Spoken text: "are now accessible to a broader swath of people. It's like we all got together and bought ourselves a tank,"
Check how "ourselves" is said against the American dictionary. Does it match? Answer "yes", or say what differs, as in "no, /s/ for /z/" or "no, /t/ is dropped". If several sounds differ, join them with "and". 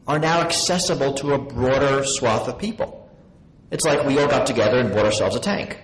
yes